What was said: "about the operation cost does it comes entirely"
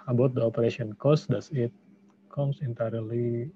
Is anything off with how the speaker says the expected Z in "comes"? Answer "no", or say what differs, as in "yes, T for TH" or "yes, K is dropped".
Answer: yes, S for Z